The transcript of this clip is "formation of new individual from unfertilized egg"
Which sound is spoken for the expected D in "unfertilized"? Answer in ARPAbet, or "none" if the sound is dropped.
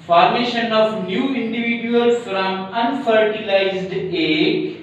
D